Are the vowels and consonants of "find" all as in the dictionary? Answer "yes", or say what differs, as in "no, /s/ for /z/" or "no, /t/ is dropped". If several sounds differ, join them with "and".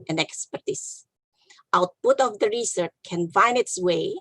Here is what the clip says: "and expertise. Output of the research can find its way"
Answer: no, /d/ is dropped